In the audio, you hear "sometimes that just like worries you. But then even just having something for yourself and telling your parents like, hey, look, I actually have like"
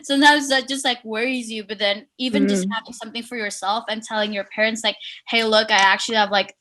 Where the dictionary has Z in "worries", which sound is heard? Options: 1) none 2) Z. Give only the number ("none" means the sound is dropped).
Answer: 2